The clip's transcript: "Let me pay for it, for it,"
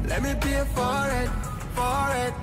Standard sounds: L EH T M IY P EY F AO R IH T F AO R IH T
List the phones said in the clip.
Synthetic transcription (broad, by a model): L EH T M IY B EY F AO R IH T F AO R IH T